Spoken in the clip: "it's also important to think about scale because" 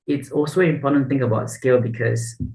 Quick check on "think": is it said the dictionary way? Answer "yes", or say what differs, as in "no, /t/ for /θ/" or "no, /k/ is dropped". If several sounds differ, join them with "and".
yes